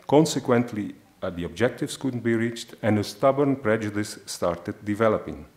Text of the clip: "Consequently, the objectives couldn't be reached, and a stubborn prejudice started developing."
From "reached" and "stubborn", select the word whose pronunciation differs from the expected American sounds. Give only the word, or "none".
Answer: none